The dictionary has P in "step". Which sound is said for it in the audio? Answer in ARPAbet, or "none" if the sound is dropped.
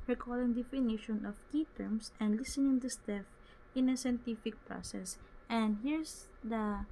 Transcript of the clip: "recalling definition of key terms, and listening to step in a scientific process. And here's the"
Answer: F